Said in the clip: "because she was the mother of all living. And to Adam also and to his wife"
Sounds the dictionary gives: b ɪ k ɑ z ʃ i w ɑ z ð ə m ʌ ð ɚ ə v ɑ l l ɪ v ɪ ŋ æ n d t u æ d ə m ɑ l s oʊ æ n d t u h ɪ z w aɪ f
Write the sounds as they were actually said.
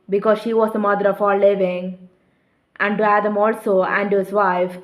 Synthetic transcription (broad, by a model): b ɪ k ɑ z ʃ i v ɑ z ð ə m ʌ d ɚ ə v ɑ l l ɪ v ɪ ŋ æ n d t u æ d ə m ɑ l s oʊ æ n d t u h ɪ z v aɪ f